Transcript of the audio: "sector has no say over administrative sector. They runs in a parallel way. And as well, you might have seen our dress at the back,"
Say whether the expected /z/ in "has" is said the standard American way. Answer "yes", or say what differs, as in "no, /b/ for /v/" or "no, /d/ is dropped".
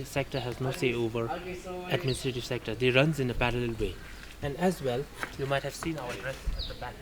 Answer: yes